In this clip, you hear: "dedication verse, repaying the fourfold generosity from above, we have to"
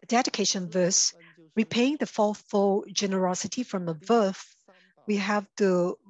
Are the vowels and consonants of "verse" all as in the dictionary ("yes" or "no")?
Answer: yes